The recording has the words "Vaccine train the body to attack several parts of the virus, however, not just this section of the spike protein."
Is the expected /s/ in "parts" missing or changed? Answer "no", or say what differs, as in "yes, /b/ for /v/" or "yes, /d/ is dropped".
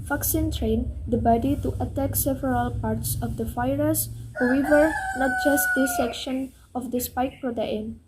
no